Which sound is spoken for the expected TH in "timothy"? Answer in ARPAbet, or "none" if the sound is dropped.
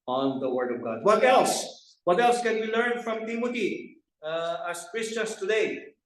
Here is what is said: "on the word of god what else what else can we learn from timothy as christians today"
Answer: T